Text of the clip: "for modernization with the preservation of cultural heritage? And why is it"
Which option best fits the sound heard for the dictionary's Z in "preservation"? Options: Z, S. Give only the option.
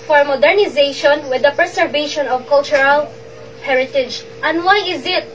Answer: S